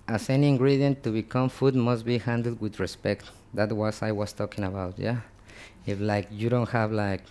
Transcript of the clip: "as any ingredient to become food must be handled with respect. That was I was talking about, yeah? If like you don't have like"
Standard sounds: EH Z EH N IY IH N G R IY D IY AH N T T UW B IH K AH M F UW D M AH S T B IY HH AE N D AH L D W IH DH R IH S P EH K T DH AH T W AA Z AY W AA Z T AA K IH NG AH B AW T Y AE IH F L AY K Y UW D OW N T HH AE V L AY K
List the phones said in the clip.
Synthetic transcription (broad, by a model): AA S EH N IY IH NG G R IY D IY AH N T T UW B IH K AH M F UW D M AH S T B IY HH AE N D L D W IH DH R IH S P EH K T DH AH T W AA S AY W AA S T AA K IH NG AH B AW T Y AE IH F L AY K Y UW D OW N T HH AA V L AY K